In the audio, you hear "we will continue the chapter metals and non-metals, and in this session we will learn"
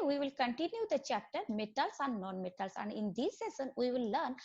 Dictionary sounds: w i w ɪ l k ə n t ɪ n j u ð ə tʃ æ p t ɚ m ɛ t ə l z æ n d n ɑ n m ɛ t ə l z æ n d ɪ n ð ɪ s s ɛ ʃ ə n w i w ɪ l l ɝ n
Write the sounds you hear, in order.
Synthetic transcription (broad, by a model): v i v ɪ l k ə n t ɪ n j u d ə tʃ æ p t ɚ m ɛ t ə l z æ n d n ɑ n m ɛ t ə l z æ n d ɪ n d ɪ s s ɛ s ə n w i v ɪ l l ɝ n